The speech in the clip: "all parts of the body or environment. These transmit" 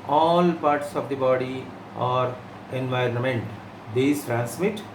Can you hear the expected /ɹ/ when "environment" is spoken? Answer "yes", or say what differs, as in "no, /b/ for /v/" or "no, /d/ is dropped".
yes